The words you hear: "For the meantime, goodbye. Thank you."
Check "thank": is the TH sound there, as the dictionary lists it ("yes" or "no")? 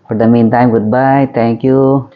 no